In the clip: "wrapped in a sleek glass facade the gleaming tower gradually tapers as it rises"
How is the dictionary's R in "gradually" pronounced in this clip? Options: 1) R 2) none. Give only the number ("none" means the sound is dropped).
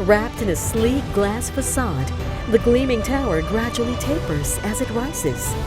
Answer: 1